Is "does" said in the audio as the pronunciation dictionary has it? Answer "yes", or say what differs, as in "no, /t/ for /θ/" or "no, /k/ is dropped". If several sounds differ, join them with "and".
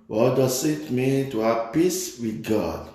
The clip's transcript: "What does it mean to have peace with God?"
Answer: no, /s/ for /z/